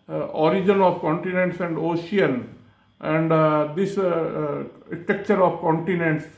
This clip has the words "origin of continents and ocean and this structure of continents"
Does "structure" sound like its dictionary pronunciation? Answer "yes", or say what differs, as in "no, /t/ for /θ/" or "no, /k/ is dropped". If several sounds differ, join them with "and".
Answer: no, /ɹ/ is dropped